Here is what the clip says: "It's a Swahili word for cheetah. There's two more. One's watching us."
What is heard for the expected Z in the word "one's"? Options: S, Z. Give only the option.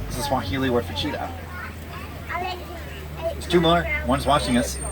Z